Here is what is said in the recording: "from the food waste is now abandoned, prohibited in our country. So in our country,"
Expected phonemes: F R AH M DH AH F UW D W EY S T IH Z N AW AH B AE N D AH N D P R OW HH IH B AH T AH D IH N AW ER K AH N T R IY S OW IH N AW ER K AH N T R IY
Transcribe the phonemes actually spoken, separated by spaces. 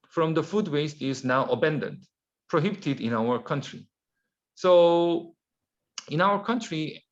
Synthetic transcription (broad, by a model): F R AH M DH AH F UW D W EY S T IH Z N AW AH B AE N D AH N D P R OW HH IH B AH T AH D IH N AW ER K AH N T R IY S OW IH N AW ER K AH N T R IY